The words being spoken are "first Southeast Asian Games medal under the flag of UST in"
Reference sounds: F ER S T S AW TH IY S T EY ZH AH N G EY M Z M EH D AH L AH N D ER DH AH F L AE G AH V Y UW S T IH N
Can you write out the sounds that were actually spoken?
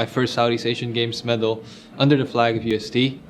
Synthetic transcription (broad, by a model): F ER S T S AW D IY S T EY SH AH N G EY M S M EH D L AH N D ER DH AH F L AE G AH V Y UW S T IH